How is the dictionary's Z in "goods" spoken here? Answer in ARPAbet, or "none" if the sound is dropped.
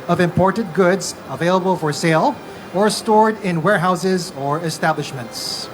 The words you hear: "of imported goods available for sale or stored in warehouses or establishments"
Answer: Z